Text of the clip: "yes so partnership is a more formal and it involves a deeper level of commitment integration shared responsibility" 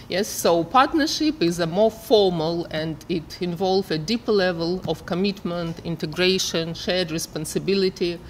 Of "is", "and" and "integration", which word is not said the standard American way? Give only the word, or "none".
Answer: none